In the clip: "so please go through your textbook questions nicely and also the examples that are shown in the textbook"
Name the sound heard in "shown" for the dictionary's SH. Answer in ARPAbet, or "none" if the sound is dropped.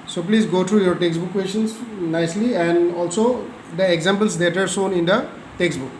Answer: S